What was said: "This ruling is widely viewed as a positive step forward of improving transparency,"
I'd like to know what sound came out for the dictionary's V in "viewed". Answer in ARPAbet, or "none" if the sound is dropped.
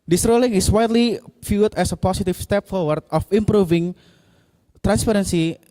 F